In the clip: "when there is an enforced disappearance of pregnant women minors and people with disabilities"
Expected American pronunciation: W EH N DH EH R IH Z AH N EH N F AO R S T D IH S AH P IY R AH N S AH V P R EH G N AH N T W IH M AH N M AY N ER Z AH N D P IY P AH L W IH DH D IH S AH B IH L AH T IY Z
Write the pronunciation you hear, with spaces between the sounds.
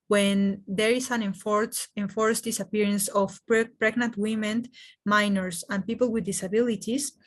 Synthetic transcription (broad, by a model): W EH N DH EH R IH S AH N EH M F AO R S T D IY S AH P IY R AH N S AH P P R EH G N AH N T W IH M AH N M AY N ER S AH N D P IY P AH L W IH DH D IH S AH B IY L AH T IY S